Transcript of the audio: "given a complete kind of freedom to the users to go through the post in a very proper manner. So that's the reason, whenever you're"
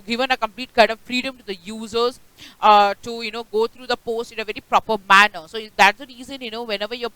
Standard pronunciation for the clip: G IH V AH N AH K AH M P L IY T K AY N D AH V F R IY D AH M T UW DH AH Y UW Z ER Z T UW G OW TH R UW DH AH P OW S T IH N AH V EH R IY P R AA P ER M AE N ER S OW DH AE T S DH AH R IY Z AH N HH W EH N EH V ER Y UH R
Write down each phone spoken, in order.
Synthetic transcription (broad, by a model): G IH V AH N AH K AH M P L IY T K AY D AH V F R IY D AH M T UW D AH Y UW Z ER Z T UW G OW T R UW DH AH P OW S T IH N AH V EH R IY P R AA P ER M AE N ER S OW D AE T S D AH R IY Z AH N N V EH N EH V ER Y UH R